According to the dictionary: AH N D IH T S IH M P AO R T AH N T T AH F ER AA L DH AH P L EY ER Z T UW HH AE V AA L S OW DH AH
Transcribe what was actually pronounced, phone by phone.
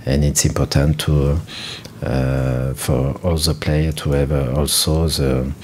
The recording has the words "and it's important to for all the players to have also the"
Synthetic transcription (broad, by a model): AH N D IH T S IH M P AO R T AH N T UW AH F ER AA L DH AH P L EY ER T UW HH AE V AA L S OW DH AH